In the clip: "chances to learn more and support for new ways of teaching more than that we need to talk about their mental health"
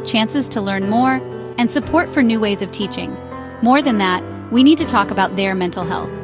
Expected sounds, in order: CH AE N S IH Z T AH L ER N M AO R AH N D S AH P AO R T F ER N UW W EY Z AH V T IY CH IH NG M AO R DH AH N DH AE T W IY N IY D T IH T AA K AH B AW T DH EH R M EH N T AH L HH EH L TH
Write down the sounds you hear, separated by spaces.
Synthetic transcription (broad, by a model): CH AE N S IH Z T AH L ER N M AO R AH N S AH P AO R T F ER N UW W EY Z AH V T IY CH IH NG M AO R DH AH N DH AE T W IY N IY D T IH T AA K AH B AW T DH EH R M EH N T L HH EH L TH